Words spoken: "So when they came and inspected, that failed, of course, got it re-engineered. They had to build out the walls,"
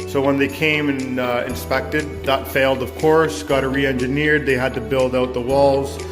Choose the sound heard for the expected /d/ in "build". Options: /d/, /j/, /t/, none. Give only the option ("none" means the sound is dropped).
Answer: /d/